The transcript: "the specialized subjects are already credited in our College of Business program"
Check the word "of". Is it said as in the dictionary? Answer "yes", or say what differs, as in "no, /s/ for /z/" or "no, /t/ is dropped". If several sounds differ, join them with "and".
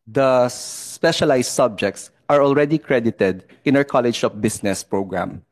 no, /p/ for /v/